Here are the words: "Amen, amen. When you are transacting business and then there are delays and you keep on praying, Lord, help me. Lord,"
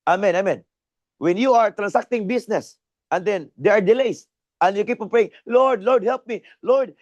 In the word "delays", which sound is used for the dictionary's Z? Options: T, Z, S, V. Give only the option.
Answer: S